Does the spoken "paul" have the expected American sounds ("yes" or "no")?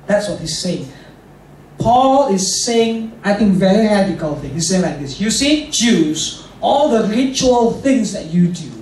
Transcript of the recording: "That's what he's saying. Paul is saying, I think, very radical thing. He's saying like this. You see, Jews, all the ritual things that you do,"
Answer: yes